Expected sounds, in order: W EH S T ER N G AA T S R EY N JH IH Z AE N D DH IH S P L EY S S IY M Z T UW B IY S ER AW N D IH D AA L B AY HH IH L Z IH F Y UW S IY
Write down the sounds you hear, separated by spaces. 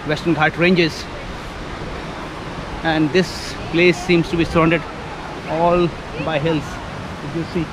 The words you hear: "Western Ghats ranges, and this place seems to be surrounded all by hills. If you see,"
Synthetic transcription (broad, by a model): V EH S T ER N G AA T R EY N JH IH Z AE N D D IH S P L EY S S IY M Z T UW B IY S ER AW N D IH D AA L B AY HH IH L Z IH Y UW S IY